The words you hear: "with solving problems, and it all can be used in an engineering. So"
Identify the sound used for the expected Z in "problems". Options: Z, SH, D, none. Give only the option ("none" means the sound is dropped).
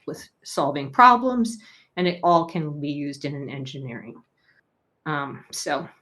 Z